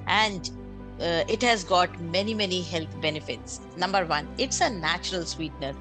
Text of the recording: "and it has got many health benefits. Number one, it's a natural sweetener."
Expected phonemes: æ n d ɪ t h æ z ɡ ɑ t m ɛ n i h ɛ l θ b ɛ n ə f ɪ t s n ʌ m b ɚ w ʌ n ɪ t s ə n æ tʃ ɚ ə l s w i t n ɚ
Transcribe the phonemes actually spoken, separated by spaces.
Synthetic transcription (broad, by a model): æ n d ɪ t h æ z ɡ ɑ t m ɛ n i h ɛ l t b ɛ n ə f ɪ t s n ʌ m b ɚ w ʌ n ɪ t s ə n æ tʃ ɚ ə l s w i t n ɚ